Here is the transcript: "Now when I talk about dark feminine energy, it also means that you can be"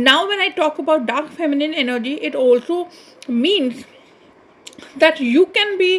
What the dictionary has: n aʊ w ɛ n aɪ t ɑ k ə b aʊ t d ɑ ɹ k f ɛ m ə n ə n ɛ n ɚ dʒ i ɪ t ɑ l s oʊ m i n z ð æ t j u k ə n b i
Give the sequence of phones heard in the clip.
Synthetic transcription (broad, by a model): n aʊ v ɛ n aɪ t ɑ k ə b aʊ t d ɑ ɹ k f ɛ m ə n ə n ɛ n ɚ dʒ i ɪ t ɑ l s oʊ m i n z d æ t j u k ə n b i